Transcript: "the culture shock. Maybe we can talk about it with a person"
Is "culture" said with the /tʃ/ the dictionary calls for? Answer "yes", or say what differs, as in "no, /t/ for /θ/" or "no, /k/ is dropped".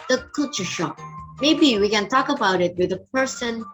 yes